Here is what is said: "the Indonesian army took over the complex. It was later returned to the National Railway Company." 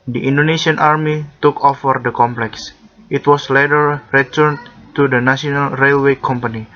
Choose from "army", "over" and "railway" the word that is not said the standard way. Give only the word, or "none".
over